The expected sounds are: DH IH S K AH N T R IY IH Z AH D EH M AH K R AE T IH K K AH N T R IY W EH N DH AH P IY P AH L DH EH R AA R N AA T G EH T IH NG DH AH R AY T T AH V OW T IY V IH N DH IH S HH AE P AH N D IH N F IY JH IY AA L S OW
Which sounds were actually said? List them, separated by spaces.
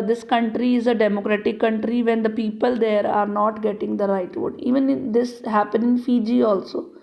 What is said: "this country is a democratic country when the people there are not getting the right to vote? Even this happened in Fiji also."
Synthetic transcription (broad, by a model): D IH S K AH N T R IY IH Z AH D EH M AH K R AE T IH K K AH N T R IY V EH N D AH P IY P AH L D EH R AA R N AA T G EH T IH NG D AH R AY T T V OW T IY V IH N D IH S HH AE P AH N IH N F IY JH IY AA L S OW